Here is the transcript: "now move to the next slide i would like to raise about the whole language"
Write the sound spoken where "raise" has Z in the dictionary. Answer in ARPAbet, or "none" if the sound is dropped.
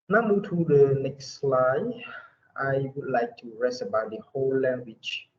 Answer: S